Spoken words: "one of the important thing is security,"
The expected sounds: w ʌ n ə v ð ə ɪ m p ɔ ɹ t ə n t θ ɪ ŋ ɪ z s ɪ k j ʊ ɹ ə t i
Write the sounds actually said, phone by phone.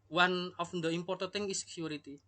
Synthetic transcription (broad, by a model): w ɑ n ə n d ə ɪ m p ɔ ɹ t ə t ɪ ŋ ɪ s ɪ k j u ɹ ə t i